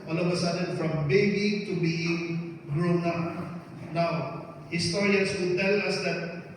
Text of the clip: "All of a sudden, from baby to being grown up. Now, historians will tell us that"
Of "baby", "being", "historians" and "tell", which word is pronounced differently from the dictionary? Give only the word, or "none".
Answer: historians